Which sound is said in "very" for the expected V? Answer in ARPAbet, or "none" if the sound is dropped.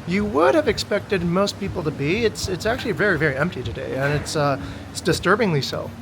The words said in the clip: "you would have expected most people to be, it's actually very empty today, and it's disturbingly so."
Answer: V